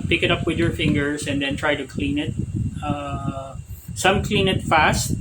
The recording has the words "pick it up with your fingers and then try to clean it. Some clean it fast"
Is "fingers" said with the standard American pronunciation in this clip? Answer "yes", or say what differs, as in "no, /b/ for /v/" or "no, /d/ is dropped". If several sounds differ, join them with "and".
no, /s/ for /z/